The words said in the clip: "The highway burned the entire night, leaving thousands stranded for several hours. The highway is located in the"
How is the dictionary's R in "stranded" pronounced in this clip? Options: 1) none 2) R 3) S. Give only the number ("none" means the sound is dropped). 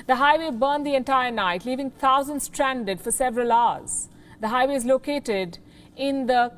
2